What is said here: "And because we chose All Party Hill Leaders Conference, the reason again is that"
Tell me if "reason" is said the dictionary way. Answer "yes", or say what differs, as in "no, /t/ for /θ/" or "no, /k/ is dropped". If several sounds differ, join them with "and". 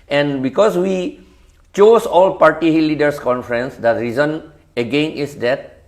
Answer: yes